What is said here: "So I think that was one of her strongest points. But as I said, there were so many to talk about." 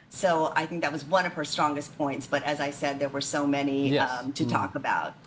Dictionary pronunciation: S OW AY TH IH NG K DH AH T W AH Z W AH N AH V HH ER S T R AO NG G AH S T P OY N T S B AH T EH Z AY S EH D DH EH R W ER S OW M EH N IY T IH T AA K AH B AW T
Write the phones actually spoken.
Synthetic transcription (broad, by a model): S OW AY TH IH NG K DH AH T W AH Z W AH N AH V ER S T R AO NG G AH S T P OY N T S B AH T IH Z AY S EH D DH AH R W ER S OW M EH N IY T IH T AA K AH B AW T